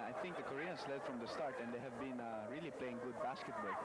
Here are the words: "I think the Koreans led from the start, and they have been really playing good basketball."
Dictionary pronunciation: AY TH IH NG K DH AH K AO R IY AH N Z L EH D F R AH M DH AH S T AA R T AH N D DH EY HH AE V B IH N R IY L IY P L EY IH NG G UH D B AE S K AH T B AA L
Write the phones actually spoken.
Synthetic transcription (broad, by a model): AY TH IH NG K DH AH K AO R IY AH N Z L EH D F R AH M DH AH S T AA R T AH N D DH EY HH AE V B IH N R IY L IY P L EY IH NG G UH D B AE S K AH T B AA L